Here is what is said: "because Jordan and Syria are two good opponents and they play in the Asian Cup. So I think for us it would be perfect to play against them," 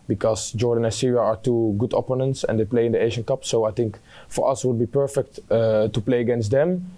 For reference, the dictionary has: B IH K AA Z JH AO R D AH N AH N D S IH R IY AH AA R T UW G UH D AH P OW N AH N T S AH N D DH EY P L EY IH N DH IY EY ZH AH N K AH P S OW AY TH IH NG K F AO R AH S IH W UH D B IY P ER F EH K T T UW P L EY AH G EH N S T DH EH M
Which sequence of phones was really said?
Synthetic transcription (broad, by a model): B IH K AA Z JH AO R D AH N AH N S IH R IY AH AA R T UW G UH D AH P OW N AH N T S AH N D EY P L EY IH N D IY EY ZH AH N K AH P S OW AY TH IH NG K F AO R AH S W UH D B IY P ER F EH K T T UW P L EY AH G EH N S T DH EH M